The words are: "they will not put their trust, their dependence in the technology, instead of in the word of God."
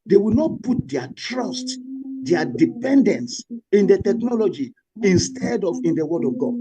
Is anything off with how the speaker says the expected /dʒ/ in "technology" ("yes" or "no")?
no